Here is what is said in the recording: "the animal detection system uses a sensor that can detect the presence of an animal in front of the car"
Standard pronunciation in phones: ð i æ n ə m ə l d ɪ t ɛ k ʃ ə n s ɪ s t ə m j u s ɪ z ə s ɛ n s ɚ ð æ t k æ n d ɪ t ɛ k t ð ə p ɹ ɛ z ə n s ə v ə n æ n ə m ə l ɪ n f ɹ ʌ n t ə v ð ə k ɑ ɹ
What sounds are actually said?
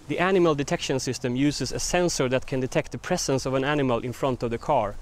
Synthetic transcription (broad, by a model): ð i æ n ə m ə l d ɪ t ɛ k ʃ ə n s ɪ s t ə m j u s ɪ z ə s ɛ n s ɚ ð æ t k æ n d ɪ t ɛ k t ð ə p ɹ ɛ s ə n s ə v ə n æ n ə m ə l ɪ n f ɹ ʌ n t ə v ð ə k ɑ ɹ